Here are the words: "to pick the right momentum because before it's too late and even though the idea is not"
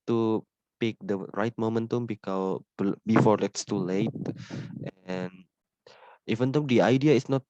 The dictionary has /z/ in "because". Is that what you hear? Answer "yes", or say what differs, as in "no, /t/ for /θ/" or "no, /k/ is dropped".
no, /z/ is dropped